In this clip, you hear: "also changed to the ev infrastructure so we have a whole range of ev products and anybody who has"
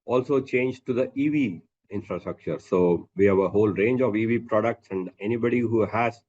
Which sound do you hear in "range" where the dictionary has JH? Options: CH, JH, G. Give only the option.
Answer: JH